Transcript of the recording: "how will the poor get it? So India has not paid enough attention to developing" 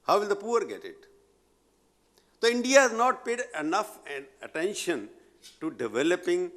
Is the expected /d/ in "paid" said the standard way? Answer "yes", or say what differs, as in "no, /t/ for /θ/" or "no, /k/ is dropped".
yes